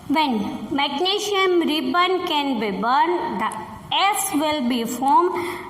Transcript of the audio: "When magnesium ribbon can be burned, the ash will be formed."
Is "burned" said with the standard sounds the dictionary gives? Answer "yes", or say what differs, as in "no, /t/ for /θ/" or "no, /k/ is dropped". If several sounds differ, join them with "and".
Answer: yes